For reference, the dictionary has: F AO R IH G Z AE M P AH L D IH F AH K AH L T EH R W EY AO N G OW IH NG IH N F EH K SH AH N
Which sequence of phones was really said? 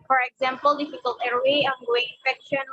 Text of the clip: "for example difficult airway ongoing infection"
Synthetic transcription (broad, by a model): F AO R IH G Z AE M P AH L D IH F AH K AH L T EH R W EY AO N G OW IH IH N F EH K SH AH N